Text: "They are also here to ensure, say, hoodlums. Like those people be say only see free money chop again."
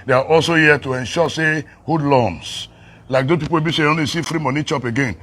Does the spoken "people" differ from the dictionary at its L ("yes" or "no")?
yes